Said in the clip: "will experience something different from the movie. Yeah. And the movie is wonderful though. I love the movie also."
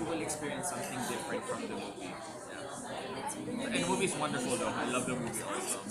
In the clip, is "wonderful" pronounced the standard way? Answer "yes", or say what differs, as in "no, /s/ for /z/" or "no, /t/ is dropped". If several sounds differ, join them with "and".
yes